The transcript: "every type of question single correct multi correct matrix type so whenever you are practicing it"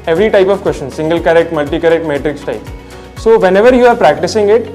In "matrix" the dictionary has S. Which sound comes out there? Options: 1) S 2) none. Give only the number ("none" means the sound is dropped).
1